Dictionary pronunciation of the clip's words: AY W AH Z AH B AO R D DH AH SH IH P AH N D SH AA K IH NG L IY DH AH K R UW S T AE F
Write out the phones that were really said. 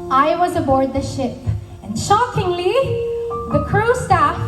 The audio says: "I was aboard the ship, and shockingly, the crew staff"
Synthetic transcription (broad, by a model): AY W AH Z AH B AO R D DH AH SH IH P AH N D SH AA K IH NG L IY DH AH K R UW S T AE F